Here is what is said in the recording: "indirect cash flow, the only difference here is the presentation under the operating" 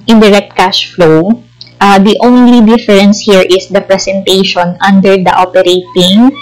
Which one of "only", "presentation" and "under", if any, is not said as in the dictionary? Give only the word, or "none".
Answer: presentation